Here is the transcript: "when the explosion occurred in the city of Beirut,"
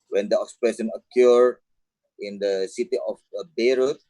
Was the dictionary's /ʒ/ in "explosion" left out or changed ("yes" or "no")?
yes